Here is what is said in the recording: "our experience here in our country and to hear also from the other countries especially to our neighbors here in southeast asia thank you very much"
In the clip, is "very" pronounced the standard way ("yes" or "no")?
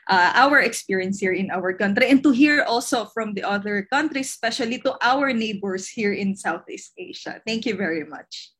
yes